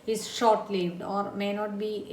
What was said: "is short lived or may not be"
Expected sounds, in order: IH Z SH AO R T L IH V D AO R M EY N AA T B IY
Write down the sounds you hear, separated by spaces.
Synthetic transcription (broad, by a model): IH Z SH AO R T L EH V D AO R M EY N AA T B IY